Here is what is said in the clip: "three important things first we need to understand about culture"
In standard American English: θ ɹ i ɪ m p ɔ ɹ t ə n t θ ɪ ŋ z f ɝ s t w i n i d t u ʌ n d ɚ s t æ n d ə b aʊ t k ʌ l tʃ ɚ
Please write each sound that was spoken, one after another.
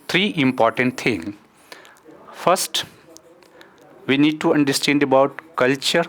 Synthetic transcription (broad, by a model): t ɹ i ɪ m p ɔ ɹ t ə n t t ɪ ŋ f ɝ s t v i n i d t u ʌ n d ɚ s t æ n d ə b aʊ t k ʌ l tʃ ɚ